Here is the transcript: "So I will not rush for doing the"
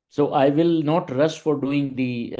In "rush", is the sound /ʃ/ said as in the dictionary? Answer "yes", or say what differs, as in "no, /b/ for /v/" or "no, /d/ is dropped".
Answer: no, /s/ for /ʃ/